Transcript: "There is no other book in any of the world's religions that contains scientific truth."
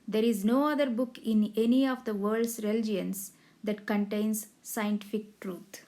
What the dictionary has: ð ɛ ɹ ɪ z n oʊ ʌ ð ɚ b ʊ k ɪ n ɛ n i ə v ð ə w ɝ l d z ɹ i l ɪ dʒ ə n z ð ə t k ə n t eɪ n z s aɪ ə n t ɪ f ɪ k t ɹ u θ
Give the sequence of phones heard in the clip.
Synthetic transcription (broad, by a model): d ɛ ɹ ɪ z n oʊ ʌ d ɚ b ʊ k ɪ n ɛ n i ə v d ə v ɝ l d s ɹ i l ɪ dʒ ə n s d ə t k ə n t eɪ n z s aɪ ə n t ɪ f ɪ k t ɹ u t